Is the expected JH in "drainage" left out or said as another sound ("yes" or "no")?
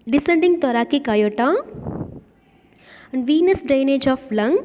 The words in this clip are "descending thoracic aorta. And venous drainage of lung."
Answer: no